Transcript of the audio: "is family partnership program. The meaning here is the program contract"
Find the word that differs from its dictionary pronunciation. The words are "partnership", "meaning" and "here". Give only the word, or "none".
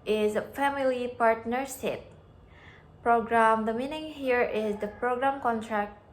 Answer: partnership